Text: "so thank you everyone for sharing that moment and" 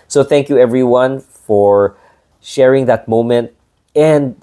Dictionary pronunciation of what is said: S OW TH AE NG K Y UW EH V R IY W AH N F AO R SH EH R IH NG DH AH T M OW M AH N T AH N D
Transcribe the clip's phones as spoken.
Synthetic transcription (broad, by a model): S OW TH AE NG K Y UW EH V R IY W AH N F AO R SH EH R IH NG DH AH T M OW M AH N T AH N D